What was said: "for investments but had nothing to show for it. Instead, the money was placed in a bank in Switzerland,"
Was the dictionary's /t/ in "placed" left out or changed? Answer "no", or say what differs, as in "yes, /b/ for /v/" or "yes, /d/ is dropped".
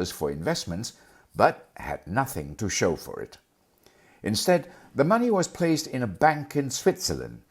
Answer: no